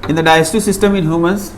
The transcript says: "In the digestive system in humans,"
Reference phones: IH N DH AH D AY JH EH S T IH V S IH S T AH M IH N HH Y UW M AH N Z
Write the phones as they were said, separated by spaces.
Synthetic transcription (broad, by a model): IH N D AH D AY EH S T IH S IH S T AH M IH N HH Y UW M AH N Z